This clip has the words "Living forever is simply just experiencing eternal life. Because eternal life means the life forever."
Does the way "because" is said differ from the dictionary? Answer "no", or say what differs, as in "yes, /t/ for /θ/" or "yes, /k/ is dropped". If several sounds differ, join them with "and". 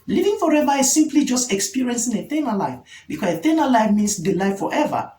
yes, /s/ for /z/